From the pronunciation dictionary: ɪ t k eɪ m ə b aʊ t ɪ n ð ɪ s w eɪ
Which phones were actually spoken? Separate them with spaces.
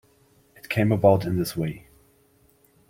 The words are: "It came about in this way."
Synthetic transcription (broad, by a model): ɪ t k eɪ m ə b aʊ t ɪ n ð ɪ s w eɪ